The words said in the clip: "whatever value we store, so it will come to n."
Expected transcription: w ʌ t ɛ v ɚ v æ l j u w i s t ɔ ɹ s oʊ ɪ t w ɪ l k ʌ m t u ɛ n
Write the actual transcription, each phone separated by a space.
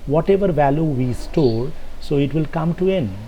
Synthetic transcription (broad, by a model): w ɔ t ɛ v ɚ v æ l j u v i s t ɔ l s oʊ ɪ t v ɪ l k ʌ m t u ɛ n